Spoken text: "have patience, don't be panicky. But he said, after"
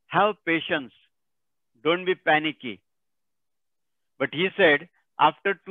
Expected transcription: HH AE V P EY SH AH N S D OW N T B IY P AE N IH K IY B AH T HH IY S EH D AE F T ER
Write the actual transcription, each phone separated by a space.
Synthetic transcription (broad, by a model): HH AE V P EY SH AH N S D OW N T B IY P AE N IH K IY B AH T HH IY S EH D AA F T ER